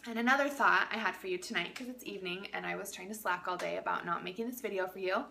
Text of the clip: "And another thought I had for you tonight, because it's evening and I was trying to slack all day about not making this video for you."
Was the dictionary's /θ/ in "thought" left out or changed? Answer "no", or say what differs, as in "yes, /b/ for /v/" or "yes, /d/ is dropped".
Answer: no